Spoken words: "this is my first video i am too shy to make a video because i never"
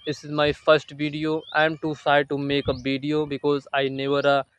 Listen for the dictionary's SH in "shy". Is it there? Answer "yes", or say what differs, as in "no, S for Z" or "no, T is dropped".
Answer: no, S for SH